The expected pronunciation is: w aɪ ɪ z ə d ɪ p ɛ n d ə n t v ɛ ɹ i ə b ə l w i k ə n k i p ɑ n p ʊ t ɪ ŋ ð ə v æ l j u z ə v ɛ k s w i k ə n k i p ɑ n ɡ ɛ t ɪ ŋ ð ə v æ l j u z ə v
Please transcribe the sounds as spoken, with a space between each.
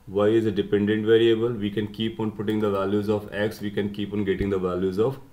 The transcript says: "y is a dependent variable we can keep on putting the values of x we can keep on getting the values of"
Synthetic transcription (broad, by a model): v aɪ ɪ z ə d ɪ p ɛ n d ə n t v ɛ ɹ i ə b ə l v i k ə n k i p ɑ n p ʊ t ɪ ŋ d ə v æ l j u z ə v ɛ k s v i k ə n k i p ɑ n ɡ ɛ t ɪ ŋ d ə v æ l j u z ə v